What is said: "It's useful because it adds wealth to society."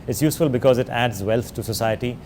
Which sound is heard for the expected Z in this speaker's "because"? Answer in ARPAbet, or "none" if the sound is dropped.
Z